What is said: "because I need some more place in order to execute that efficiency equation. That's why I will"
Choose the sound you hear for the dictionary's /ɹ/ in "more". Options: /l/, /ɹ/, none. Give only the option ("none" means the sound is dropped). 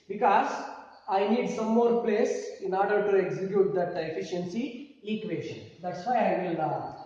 /ɹ/